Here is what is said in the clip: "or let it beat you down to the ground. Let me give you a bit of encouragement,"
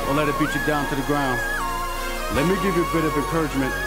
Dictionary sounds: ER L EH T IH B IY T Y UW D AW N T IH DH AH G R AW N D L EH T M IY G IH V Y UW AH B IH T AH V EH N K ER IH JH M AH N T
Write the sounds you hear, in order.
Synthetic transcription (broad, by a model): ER L EH T IH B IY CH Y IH D AW N T IH DH AH G R AW N D L EH T M IY G IH V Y AH B IH T AH V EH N K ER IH JH M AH N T